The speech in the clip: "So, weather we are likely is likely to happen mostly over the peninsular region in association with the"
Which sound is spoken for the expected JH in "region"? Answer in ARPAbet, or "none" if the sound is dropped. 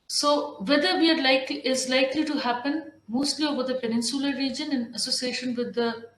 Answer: JH